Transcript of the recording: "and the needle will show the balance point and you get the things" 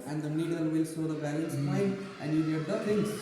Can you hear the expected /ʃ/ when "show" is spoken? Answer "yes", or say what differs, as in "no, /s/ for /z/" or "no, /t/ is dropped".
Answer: no, /s/ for /ʃ/